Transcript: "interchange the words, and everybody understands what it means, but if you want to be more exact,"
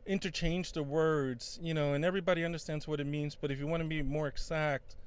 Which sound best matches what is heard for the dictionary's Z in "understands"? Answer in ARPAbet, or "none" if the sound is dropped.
Z